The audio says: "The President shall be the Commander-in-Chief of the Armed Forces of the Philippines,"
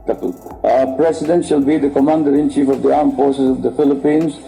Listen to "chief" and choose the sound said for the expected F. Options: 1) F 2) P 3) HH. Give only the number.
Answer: 1